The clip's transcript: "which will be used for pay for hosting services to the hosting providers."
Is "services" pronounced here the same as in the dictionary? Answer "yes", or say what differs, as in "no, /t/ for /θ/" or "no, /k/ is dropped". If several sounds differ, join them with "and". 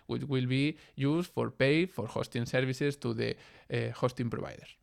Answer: no, /s/ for /z/